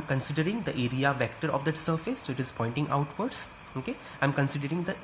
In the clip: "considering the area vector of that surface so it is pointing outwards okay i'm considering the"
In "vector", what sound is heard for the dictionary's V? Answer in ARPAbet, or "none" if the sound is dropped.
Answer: V